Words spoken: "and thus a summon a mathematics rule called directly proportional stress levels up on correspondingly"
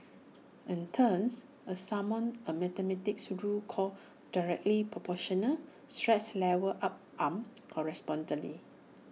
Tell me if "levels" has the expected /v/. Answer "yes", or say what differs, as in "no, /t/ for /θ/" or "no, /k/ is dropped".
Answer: no, /w/ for /v/